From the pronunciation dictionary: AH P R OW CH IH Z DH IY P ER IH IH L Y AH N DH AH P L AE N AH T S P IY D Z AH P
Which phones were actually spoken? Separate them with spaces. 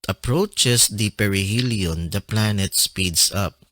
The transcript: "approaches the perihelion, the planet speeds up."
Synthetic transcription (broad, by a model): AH P R OW CH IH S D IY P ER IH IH L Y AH N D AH P L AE N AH T S P IY D S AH P